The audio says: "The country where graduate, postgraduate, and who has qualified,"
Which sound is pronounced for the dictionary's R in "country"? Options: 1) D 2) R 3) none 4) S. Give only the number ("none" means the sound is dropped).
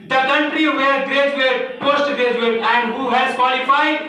2